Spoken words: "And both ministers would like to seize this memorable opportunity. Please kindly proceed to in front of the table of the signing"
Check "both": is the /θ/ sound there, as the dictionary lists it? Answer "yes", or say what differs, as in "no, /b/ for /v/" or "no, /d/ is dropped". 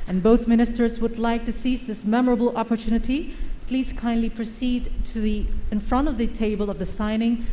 yes